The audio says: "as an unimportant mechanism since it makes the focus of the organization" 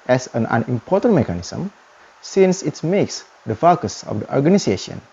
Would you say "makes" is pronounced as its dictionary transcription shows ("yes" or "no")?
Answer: yes